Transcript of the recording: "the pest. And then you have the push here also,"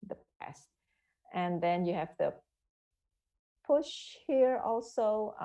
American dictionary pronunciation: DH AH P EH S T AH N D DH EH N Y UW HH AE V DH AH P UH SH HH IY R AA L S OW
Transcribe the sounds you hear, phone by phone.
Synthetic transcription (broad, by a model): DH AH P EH S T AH N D DH EH N Y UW HH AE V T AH P UH SH HH IY R AA L S OW